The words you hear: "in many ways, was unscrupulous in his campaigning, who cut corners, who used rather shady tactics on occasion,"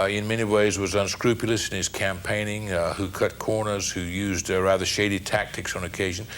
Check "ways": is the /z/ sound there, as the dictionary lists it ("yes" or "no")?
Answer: yes